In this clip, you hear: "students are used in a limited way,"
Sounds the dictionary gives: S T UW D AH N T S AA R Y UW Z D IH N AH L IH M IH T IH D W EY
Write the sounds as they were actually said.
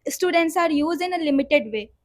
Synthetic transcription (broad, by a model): S T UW D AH N T S AA R Y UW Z IH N AH L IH M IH T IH D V EY